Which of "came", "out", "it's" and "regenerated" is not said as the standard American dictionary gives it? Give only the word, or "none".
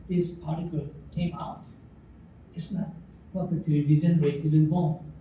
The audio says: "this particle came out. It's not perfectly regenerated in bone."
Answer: regenerated